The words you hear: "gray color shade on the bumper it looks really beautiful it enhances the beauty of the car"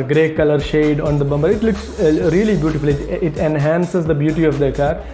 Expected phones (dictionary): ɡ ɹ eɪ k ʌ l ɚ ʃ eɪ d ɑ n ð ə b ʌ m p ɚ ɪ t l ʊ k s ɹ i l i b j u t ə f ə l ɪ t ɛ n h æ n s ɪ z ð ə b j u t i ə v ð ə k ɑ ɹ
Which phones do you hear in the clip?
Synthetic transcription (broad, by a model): ɡ ɹ eɪ k ʌ l ɚ ʃ eɪ d ɑ n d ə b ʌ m b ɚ ɪ t l ʊ k s ɹ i l i b j u t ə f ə l ɪ t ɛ n h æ n s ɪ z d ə b j u t i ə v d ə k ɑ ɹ